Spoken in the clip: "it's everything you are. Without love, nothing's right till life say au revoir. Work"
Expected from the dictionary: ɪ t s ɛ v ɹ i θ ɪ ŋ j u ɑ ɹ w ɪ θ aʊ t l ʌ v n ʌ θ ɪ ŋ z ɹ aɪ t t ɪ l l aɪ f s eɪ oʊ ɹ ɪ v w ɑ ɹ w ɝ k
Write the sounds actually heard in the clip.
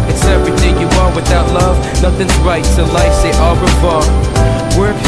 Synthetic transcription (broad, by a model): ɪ t s ɛ v ɹ i θ ɪ ŋ j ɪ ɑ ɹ w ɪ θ aʊ t l ʌ v n ʌ θ ɪ ŋ z ɹ aɪ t t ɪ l l aɪ f s eɪ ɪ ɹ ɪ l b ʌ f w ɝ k